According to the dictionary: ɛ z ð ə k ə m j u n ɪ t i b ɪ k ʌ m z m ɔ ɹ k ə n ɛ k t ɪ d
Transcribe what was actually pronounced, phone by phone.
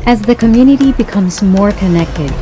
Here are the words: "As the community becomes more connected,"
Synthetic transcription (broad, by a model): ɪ z ð ə k ə m j u n ɪ t i b ɪ k ʌ m z m ɔ ɹ k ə n ɛ k t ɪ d